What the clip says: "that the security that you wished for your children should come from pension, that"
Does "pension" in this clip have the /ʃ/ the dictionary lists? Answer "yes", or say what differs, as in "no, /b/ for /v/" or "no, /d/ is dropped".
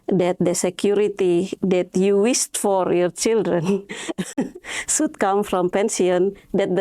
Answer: no, /s/ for /ʃ/